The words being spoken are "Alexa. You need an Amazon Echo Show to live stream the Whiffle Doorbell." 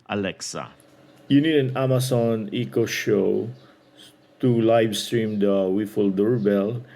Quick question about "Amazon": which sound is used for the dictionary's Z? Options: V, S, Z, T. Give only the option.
S